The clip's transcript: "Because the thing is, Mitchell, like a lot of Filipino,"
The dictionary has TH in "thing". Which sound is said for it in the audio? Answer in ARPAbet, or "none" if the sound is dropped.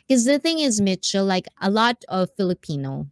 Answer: TH